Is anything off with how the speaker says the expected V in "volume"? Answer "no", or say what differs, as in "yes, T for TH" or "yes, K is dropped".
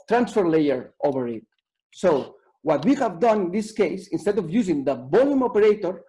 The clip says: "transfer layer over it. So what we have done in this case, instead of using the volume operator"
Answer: yes, B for V